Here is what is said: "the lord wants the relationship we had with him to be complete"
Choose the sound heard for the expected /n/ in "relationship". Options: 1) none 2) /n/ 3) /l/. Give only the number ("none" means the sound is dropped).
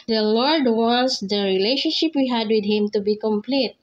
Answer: 2